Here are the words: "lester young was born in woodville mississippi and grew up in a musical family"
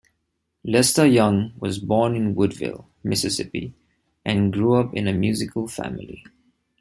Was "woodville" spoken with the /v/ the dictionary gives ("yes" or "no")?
yes